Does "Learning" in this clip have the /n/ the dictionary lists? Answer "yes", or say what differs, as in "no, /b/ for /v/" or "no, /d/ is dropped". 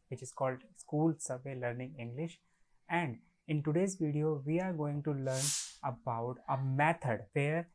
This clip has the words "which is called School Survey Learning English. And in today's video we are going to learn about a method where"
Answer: yes